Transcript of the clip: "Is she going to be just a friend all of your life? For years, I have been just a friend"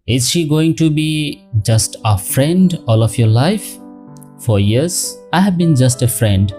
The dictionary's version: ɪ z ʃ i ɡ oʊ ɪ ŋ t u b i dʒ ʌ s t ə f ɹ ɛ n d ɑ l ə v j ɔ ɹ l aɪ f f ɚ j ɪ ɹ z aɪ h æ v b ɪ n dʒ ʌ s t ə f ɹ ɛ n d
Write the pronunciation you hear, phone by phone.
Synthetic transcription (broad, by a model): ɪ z ʃ i ɡ oʊ ɪ ŋ t u b i dʒ ʌ s t ə f ɹ ɛ n d ɑ l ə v j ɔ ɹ l aɪ f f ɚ j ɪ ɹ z aɪ h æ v b ɪ n dʒ ʌ s t ə f ɹ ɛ n d